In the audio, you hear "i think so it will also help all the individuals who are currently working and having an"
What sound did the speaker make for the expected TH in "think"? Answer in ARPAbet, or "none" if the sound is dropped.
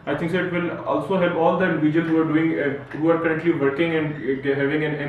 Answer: T